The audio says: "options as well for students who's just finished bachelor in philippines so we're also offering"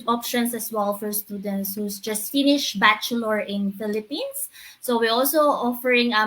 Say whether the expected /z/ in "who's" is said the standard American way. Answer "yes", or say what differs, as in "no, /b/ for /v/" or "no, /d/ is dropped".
no, /s/ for /z/